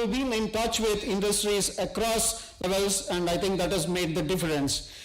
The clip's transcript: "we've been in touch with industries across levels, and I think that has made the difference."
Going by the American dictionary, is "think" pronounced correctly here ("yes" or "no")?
no